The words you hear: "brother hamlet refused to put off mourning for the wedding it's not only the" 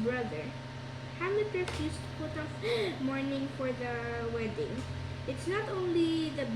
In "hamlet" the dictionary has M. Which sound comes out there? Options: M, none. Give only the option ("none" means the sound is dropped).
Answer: none